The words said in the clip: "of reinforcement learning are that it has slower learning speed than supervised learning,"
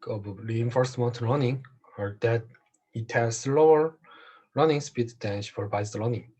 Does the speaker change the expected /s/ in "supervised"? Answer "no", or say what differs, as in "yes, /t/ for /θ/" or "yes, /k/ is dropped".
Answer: yes, /ʃ/ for /s/